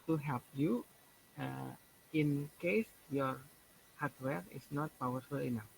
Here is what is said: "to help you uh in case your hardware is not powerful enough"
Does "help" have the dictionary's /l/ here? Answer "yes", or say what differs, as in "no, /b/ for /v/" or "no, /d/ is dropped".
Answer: yes